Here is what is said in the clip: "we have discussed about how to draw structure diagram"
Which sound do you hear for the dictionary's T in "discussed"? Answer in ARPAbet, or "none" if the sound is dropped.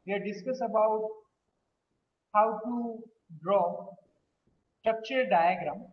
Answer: none